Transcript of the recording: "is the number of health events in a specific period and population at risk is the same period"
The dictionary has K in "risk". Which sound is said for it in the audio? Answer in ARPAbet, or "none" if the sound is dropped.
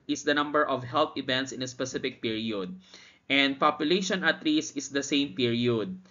none